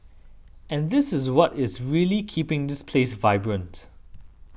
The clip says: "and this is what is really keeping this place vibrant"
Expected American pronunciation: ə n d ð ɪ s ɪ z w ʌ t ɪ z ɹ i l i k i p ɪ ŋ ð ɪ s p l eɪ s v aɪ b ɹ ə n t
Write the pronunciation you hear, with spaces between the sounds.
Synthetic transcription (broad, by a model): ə n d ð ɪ s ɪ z w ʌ t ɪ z ɹ i l i k i p ɪ ŋ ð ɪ s p l eɪ s v aɪ b ɹ ə n t